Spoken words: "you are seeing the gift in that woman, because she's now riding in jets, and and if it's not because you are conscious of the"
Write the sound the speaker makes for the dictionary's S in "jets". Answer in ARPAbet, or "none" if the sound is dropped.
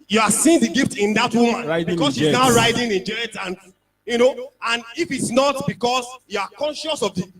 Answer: none